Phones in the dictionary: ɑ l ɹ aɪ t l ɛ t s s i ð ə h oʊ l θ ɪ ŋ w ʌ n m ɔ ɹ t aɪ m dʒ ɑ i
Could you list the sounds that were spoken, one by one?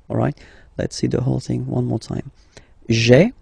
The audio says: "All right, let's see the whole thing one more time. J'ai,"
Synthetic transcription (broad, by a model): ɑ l ɹ aɪ t l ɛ t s s i ð ə h oʊ l θ ɪ ŋ w ʌ n m ɔ ɹ t aɪ m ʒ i